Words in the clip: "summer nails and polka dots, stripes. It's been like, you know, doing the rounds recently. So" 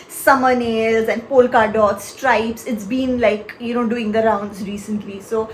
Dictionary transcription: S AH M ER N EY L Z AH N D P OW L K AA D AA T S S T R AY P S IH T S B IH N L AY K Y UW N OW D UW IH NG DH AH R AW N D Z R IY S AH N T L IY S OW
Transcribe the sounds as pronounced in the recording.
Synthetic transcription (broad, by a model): S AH M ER N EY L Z AH N D P OW L K AA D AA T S S T R AY P S IH T S B IH N L AY K Y UW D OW D UW IH NG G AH R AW N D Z R IY S AH N T L IY S OW